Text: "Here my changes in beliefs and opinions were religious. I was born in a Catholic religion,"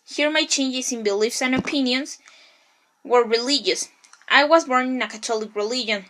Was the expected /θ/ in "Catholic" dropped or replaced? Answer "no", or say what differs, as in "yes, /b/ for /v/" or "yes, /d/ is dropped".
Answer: yes, /t/ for /θ/